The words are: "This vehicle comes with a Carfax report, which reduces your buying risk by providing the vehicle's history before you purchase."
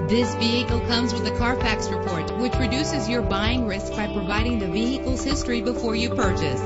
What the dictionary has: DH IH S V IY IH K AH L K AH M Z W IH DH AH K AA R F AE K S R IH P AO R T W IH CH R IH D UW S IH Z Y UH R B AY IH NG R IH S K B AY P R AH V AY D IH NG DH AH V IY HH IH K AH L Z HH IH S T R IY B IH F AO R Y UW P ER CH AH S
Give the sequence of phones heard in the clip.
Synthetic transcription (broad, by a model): DH IH S V IY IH K L K AH M Z W IH DH AH K AA R F AE K S R IH P AO R T W IH CH R IH D UW S IH Z Y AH R B AY IH NG R IH S K B AY P R AH V AY D IH NG DH AH V IY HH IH K L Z HH IH S T R IY B IH F AO R Y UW P ER CH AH S